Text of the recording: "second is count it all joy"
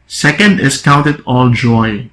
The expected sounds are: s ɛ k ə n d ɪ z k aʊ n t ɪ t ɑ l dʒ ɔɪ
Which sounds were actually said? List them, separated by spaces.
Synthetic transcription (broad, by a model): s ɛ k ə n d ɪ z k aʊ n t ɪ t ɑ l dʒ ɔɪ